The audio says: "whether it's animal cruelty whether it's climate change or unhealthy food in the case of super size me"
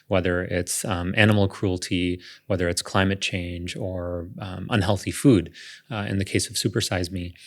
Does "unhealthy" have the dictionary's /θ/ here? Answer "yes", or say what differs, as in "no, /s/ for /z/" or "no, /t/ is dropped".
yes